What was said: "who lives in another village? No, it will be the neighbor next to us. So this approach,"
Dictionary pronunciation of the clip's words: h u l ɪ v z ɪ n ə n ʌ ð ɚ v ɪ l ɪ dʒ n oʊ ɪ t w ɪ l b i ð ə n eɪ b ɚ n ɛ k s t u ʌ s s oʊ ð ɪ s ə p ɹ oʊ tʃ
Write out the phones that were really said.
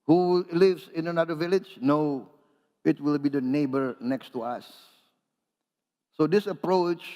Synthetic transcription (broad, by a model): h u l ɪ v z ɪ n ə n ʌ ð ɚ v ɪ l ɪ dʒ n oʊ ɪ t w ɪ l b i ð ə n eɪ b ɚ n ɛ k s t u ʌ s s oʊ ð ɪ s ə p ɹ oʊ tʃ